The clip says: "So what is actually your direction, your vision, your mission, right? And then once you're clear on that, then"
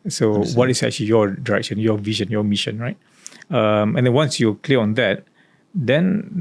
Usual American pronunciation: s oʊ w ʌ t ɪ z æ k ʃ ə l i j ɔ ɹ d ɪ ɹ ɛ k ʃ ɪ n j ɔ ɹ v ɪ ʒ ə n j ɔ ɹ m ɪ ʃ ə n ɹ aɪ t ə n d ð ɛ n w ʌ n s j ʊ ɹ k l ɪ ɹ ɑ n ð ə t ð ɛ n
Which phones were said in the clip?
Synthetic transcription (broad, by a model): s oʊ w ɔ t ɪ s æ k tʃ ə l i j ɔ d ɪ ɹ ɛ k ʃ ɪ n j ɔ v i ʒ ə n j ɔ m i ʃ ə n ɹ aɪ t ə n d ɛ n w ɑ n s j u k l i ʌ ɑ n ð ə t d ɛ n